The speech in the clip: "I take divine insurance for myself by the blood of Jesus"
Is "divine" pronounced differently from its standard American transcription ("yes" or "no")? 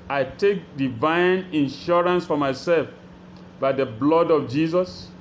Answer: no